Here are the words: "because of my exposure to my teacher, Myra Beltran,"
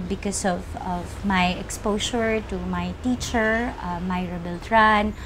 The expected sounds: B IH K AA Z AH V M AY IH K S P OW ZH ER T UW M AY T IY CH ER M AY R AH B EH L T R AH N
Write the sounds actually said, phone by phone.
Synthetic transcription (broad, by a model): B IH K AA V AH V M AY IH K S P OW SH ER T UW M AY T IY CH ER M AY R AH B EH L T R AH N